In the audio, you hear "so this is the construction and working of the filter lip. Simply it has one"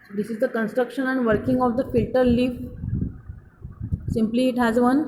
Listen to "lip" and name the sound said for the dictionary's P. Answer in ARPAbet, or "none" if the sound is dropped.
F